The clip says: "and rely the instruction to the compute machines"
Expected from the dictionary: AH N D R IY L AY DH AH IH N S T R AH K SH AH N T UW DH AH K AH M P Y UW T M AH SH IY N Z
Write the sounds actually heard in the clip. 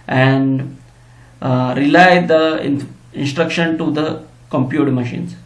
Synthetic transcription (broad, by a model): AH N D R IY L AY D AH IH N S T R AH K SH AH N T UW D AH K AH M P Y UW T M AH SH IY N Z